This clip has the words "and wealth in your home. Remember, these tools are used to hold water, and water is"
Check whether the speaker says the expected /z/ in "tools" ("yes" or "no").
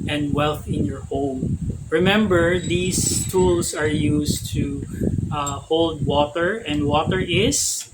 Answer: no